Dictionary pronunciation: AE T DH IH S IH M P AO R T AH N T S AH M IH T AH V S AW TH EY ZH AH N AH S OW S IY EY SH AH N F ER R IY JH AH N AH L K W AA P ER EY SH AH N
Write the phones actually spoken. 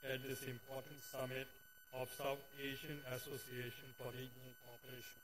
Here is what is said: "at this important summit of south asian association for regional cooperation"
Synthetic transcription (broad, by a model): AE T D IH S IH M P AO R T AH N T S AH M IH T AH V S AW T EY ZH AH N AH S OW S IY EY SH AH N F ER R IY JH AH N AH L K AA P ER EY SH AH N